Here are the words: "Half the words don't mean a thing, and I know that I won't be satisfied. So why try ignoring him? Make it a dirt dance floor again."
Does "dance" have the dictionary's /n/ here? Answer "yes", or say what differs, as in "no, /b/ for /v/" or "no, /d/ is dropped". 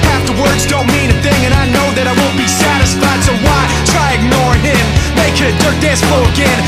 no, /n/ is dropped